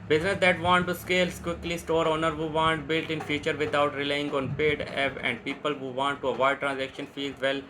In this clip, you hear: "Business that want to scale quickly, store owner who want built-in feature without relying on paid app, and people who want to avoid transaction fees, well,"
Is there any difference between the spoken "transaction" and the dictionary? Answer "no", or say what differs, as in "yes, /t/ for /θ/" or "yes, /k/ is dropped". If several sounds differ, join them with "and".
no